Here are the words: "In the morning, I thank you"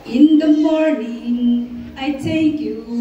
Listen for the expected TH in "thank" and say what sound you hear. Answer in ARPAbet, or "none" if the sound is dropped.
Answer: T